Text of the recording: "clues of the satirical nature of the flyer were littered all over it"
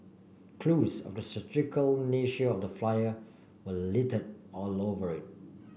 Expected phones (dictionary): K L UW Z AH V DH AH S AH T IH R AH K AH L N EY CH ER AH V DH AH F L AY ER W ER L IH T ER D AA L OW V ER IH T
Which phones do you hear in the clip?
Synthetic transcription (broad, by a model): K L UW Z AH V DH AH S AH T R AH K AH L N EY SH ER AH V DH AH F L AY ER W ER L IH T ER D AA L OW V ER IH T